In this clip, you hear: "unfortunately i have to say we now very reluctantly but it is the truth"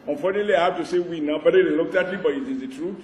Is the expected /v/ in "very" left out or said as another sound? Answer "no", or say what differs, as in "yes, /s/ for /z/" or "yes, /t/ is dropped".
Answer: yes, /b/ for /v/